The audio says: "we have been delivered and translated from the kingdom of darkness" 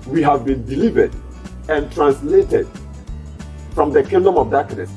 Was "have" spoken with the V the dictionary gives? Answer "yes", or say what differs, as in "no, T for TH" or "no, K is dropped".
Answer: yes